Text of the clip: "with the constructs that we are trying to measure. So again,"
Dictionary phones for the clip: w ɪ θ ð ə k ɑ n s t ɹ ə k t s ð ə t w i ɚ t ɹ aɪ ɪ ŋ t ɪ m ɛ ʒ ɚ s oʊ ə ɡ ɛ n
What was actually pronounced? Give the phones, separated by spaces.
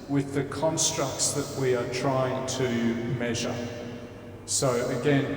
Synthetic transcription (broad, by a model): w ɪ ð ə k ɑ n s t ɹ ə k t s ð ə t w i ɚ t ɹ aɪ ɪ ŋ t ɪ m ɛ ʒ ɚ s oʊ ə ɡ ɛ n